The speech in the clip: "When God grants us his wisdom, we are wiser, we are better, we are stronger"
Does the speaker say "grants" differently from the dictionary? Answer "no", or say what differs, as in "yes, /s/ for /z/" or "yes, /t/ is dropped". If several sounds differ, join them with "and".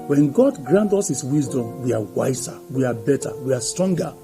yes, /s/ is dropped